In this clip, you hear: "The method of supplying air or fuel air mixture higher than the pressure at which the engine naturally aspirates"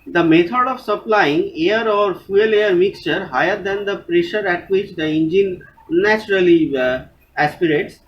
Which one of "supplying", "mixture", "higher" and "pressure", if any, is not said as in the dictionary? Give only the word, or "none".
none